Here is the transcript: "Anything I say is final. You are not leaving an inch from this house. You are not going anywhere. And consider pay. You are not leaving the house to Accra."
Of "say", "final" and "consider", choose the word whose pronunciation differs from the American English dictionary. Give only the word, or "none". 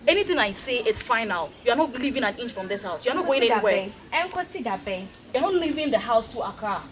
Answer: consider